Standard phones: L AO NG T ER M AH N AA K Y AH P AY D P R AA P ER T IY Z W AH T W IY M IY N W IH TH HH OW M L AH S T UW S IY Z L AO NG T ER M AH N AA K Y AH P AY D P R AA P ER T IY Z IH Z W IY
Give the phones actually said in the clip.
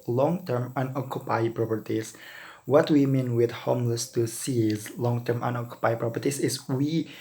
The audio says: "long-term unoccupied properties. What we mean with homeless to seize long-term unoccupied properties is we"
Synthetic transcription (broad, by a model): L AO NG T ER M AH N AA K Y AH P AY P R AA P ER T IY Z W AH T W IY M IY N W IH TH HH OW M L AH S T UW S IY Z L AO NG T ER M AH N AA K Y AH P AY P R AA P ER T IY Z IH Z W IY